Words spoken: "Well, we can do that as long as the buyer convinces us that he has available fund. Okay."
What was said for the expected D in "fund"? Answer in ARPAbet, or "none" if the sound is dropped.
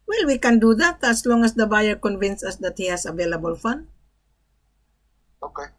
none